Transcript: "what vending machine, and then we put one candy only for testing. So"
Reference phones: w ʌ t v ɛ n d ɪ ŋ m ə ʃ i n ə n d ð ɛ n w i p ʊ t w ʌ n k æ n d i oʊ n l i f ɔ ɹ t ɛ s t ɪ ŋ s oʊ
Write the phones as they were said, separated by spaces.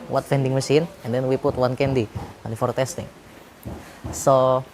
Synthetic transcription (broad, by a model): w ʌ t f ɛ n d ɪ ŋ m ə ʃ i n ə n d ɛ n w i p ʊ t w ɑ n k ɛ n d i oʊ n i f ɔ ɹ t ɛ s t ɪ ŋ s oʊ